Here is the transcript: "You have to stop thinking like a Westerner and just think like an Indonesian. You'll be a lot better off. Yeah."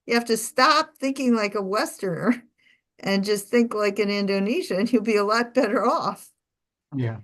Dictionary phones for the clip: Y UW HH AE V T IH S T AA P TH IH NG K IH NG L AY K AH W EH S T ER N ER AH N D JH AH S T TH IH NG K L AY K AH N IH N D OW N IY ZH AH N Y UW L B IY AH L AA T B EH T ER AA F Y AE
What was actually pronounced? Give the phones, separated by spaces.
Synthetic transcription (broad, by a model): Y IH HH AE F T IH S T AA P TH IH NG K IH NG L AY K AH W EH S T ER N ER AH N JH AH S T TH IH NG K L AY K AH N IH N D OW N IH SH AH N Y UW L B IY AH L AA T B EH T ER AA F Y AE